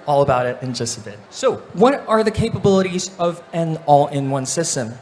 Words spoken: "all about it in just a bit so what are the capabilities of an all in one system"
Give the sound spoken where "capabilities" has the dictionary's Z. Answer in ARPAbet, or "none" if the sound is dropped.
Z